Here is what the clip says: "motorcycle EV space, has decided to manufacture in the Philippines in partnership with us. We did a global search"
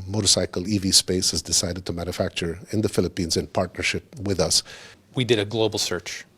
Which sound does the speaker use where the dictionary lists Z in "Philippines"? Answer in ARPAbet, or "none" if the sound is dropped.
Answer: Z